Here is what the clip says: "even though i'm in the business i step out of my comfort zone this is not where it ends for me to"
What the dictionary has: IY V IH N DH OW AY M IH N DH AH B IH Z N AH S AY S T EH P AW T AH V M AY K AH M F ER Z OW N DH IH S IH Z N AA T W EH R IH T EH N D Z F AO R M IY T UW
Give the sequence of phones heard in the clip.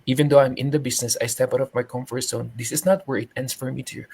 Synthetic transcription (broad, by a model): IY V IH N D OW AY M IH N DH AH B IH S N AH S AY S T EH P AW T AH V M AY K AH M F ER S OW N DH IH S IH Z N AA T W EH R IH T EH N D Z F AO R M IY T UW